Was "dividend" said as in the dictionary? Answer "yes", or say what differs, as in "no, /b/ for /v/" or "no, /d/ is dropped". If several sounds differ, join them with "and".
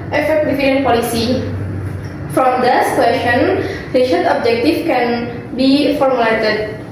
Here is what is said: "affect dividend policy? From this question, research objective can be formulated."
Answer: no, /f/ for /v/